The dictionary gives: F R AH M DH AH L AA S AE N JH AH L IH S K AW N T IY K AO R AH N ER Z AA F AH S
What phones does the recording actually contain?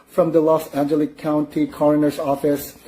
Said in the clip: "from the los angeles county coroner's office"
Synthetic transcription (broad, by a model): F R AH M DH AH L AA S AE N JH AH L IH K AW N T IY K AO R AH N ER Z AA F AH S